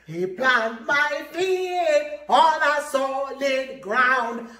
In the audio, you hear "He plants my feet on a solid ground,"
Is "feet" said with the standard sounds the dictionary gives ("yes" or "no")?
no